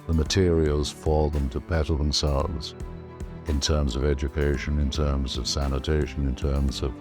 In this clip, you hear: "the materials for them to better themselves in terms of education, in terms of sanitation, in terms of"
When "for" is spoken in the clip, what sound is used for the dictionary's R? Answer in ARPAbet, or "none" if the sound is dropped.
L